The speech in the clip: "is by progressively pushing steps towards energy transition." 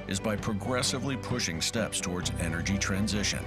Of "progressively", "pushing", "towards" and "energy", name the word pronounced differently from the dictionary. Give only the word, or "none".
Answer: none